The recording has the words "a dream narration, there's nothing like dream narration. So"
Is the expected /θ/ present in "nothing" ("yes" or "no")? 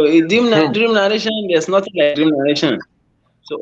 no